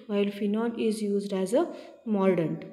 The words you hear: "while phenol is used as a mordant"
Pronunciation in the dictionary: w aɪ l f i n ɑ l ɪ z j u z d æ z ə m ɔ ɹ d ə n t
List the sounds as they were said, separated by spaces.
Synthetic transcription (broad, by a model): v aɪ l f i n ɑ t ɪ z j u z d æ z ə m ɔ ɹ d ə n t